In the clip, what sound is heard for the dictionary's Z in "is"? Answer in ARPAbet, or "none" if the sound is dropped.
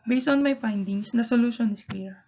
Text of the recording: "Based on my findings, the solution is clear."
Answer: S